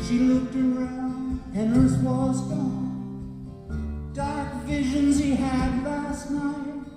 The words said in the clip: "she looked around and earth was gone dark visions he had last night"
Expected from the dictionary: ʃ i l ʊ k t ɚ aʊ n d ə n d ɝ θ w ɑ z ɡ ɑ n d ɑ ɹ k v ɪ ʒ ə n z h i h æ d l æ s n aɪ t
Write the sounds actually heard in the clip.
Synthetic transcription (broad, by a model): ʃ i l ʊ k t ɚ aʊ n d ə n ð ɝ s w ɑ z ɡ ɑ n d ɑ ɹ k v ɪ ʒ ə n z h i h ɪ d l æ s n aɪ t